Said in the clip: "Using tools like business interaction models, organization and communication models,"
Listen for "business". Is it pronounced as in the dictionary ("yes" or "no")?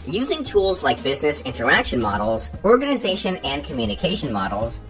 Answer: yes